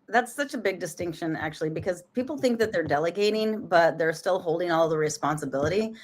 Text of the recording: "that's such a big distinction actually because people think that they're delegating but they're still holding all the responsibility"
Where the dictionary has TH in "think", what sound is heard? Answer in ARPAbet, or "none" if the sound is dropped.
TH